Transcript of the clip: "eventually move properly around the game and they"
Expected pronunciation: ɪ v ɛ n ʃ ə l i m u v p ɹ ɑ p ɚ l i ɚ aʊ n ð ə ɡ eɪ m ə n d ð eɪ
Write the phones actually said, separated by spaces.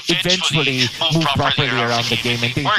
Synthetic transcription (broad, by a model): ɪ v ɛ n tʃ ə l i m u v p ɹ ɑ p ɚ l i ɚ aʊ n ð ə ɡ eɪ m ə n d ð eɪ